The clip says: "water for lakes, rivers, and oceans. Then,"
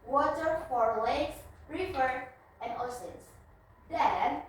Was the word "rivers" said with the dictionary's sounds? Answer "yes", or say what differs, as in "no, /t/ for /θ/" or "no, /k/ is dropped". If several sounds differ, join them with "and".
no, /z/ is dropped